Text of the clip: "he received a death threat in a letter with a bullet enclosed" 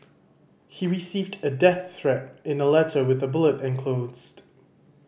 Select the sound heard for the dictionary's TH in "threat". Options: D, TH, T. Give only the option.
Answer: TH